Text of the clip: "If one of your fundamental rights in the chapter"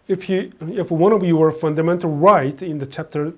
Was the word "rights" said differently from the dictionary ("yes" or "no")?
yes